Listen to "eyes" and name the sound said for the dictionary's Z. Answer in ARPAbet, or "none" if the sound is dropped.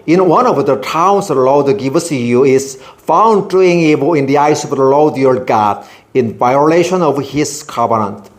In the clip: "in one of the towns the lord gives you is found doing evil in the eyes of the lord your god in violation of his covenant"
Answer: S